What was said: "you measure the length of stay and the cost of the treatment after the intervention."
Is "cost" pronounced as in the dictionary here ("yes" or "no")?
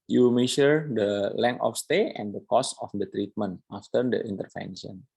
no